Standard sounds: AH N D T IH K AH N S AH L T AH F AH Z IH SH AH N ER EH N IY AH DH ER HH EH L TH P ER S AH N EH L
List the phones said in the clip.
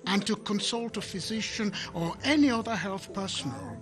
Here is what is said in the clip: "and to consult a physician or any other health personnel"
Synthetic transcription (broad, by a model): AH N T IH K AH N S AH L T AH F AH Z IH SH AH N ER EH N IY AH DH ER HH EH L TH P ER S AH N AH L